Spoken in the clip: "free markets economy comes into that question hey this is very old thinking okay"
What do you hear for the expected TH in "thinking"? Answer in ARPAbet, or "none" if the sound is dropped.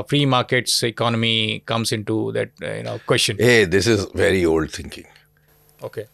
T